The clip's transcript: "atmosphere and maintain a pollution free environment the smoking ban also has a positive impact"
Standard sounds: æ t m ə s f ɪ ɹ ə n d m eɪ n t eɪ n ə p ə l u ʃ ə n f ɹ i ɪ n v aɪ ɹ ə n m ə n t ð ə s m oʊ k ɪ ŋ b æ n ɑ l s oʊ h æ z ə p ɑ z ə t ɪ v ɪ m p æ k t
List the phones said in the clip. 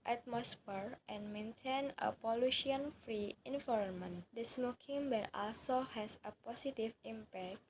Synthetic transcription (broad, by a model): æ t m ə s f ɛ ɹ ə n m eɪ n t eɪ n ə p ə l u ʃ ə n f ɹ i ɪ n f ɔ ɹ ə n m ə n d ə s m oʊ k ɪ ŋ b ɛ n ɑ l s oʊ h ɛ s ə p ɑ s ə t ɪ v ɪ m p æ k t